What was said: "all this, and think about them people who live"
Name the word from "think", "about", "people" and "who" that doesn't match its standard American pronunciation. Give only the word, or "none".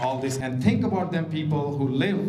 think